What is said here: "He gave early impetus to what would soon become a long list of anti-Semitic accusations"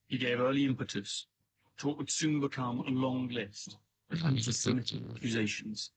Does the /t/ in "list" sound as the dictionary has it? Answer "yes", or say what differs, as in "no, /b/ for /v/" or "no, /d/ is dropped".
yes